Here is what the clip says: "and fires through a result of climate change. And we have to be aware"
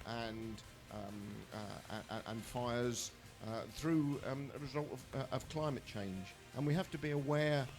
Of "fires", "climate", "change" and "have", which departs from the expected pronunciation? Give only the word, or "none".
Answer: have